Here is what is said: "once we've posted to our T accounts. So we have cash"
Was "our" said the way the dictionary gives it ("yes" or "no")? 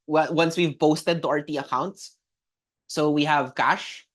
yes